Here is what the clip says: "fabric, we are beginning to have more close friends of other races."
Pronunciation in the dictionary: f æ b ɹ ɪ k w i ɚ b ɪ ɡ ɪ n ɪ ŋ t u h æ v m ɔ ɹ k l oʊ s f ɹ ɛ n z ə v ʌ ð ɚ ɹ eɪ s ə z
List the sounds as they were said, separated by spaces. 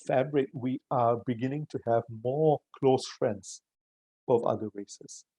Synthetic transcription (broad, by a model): f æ b ɹ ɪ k w i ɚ b ɪ ɡ ɪ n ɪ ŋ t u h æ v m ɔ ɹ k l oʊ s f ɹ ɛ n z ə v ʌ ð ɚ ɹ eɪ s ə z